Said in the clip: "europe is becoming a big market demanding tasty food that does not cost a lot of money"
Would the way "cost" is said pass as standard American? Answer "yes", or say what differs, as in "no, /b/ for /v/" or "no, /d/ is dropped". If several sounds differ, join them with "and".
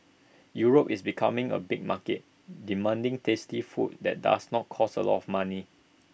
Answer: no, /t/ is dropped